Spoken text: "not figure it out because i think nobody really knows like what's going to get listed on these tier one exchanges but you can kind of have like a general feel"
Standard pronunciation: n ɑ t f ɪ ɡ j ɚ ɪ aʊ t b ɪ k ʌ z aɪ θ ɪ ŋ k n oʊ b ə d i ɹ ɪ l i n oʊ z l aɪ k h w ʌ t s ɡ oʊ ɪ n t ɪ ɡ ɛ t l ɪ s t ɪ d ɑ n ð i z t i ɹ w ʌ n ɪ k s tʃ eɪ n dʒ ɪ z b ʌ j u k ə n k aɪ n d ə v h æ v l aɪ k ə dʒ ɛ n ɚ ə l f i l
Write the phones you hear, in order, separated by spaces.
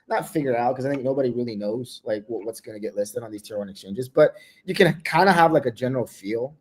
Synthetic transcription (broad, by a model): n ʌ t f ɪ ɡ j ɚ ɪ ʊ t k ʌ z aɪ θ ɪ ŋ k n oʊ b ə d i ɹ ɪ l i n oʊ z l aɪ k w w ʌ t s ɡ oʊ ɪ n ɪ ɡ ɛ t l ɪ s t ɪ d n ð i z t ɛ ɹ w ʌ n ɪ k s tʃ eɪ n dʒ ɪ z b ʌ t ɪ k ə n k aɪ n d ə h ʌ v l aɪ k ə dʒ ɛ n ɚ l f i l